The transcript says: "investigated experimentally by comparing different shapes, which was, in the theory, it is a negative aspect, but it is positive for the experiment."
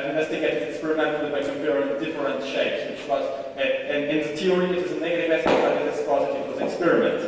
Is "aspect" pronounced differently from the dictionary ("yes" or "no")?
yes